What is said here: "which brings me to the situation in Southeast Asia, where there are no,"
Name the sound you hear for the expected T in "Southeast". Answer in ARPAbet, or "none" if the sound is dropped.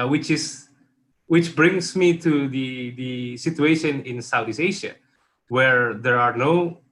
none